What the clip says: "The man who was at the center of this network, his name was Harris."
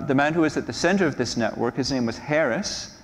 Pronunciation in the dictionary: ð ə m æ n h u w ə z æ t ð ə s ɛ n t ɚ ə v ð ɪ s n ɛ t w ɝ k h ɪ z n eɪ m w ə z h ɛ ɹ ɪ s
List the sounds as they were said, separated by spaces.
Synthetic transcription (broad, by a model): ð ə m æ n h u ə z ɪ t ð ə s ɛ n t ɚ ə v ð ɪ s n ɛ t w ɝ k h ɪ z n eɪ m w ə z h ɛ ɹ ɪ s